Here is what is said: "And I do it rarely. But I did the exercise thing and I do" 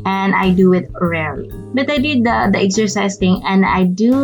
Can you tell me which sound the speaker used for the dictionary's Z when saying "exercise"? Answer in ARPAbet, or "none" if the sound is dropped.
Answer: S